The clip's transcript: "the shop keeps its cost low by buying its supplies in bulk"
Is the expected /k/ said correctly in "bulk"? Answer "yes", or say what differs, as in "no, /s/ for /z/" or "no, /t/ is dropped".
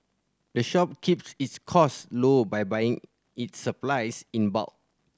no, /k/ is dropped